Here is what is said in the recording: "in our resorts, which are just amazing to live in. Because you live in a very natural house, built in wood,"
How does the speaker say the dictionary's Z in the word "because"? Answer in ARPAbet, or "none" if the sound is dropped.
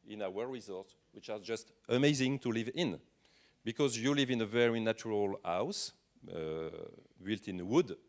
Z